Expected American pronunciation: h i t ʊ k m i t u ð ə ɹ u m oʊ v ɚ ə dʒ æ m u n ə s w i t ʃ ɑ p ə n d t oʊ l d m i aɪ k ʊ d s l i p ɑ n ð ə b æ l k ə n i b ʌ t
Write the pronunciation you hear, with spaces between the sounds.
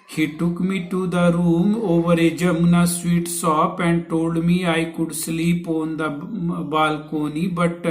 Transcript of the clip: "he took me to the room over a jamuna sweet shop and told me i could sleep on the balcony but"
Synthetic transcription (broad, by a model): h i t ʊ k m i t u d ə ɹ u m oʊ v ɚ ə dʒ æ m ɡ n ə s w i t s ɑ p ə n t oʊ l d m i aɪ k ʊ d s l i p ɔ n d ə b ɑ l k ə n i b ʌ t